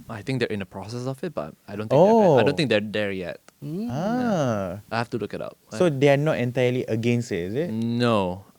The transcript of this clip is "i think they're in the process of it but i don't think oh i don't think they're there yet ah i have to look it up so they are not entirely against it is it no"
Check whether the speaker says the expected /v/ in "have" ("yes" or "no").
no